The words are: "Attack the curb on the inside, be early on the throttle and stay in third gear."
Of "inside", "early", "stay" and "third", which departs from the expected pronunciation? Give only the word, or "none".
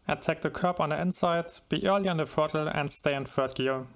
third